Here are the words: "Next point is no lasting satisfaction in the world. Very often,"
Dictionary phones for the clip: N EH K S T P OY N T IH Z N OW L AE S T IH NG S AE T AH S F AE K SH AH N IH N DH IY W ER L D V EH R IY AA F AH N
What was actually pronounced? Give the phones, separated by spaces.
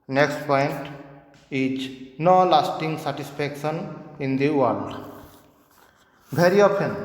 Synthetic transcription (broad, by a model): N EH K S T P OY N T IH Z N OW L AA S T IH NG S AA T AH S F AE K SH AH N IH N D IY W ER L D B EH R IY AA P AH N